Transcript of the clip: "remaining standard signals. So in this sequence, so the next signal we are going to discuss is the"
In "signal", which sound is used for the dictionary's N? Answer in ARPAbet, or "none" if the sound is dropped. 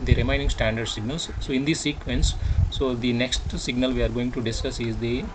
N